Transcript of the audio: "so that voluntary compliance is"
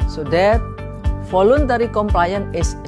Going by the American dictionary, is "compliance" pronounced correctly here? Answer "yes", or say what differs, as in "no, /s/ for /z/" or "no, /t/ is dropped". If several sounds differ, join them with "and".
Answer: no, /s/ is dropped